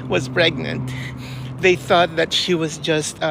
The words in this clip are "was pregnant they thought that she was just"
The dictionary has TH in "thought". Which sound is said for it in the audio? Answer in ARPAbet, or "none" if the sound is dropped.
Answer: TH